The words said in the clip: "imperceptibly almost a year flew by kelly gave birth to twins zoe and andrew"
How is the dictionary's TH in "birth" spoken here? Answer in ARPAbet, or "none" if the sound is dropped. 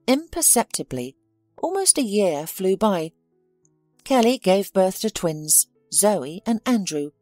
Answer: TH